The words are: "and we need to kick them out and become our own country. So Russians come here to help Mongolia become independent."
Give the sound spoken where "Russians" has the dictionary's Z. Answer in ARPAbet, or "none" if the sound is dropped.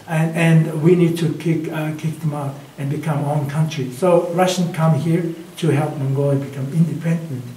none